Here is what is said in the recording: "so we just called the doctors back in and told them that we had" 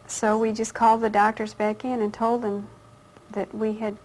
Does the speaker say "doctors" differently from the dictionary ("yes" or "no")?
no